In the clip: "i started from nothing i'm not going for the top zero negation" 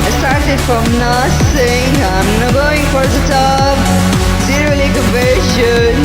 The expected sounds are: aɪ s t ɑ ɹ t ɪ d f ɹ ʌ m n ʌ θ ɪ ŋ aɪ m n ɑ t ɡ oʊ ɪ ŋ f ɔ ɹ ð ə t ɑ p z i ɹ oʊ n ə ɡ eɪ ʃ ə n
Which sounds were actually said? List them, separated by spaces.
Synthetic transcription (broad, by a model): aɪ s t ɑ ɹ t ɪ d f ɹ ʌ m n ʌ s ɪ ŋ aɪ m n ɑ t ɡ oʊ ɪ ŋ f ɔ ɹ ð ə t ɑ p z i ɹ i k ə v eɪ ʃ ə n